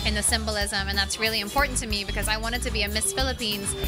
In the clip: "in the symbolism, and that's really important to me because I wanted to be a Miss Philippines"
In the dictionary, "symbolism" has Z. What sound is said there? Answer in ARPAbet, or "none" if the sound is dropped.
Z